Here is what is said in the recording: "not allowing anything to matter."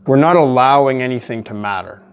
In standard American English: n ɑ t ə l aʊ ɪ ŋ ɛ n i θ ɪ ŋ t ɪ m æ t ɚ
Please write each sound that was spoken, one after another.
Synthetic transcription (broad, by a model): n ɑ t ə l aʊ ɪ ŋ ɛ n i θ ɪ ŋ t ɪ m æ t ɚ